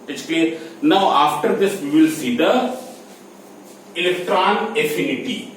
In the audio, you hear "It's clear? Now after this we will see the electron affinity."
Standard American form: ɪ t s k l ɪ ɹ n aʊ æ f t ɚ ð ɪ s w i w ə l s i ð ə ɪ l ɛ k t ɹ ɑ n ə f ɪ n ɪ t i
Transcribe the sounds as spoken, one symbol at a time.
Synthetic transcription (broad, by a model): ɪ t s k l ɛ n aʊ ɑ f t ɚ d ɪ s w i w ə l s i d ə ɪ l ɛ k t ɹ ɑ n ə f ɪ n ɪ t i